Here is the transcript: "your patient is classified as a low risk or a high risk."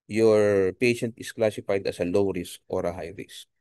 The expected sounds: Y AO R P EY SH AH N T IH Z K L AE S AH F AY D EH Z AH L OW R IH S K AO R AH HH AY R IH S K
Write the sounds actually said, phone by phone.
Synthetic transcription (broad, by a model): Y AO R P EY SH AH N T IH S K L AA S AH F AY D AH S AH L OW R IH S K AO R AH HH AY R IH S